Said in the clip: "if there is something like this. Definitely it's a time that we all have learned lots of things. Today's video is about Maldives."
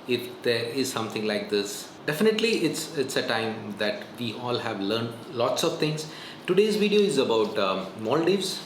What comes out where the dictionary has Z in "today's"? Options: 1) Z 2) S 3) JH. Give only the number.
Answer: 1